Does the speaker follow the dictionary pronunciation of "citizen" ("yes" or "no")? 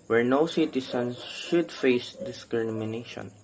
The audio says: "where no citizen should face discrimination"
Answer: no